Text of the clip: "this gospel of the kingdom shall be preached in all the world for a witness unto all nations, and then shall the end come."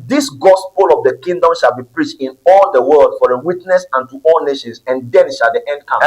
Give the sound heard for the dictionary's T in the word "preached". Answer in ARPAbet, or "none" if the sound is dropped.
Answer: T